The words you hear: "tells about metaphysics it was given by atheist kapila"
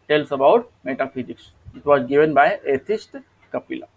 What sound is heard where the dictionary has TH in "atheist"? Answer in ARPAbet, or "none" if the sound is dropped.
T